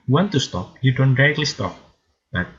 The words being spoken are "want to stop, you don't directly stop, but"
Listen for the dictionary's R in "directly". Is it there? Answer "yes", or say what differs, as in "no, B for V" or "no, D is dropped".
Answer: no, R is dropped